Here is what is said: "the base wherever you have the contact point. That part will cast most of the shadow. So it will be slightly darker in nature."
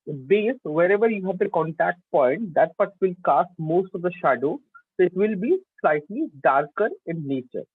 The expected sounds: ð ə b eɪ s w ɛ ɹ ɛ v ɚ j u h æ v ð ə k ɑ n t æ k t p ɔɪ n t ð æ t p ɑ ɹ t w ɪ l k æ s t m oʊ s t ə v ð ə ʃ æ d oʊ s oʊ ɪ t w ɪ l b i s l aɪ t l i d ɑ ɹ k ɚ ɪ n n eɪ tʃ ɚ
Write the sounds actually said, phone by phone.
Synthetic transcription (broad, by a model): b eɪ s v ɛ ɹ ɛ v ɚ j u h æ v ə k ɑ n t æ k t p ɔɪ n t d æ t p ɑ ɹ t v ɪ l k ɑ s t m oʊ s t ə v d ə ʃ æ d oʊ s oʊ ɪ t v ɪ l b i s l aɪ t l i d ɑ ɹ k ɚ ɪ n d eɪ tʃ ɚ